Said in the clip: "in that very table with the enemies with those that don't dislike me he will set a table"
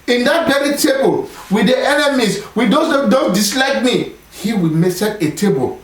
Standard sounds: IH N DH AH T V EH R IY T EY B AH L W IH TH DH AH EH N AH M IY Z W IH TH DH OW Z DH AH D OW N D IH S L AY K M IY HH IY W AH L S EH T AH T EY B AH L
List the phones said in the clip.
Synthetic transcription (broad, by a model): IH N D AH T B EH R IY T EY B AH L W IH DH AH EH N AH M IY S W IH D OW D OW N D IH S L AY K M IY HH IY W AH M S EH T AH T EY B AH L